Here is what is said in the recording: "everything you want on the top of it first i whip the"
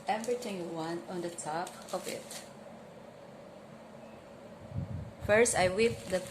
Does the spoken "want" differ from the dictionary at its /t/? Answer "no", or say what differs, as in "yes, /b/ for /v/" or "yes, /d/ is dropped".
yes, /t/ is dropped